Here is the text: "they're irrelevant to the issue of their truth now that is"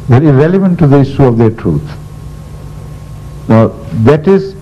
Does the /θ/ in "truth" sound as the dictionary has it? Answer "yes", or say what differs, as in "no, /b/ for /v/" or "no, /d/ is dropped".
no, /t/ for /θ/